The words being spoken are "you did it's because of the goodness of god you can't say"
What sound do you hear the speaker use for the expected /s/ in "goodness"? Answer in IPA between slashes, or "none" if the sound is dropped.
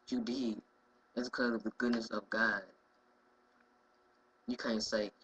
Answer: /s/